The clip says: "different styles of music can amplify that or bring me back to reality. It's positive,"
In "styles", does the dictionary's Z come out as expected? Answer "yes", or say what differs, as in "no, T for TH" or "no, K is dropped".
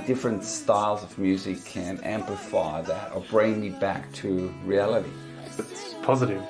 yes